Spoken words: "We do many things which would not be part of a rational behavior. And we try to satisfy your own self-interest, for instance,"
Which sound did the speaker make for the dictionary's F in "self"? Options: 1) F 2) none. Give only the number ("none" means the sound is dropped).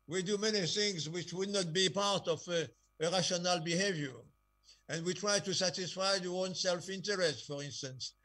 1